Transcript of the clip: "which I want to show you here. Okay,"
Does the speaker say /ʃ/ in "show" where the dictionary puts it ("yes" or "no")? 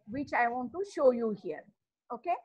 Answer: yes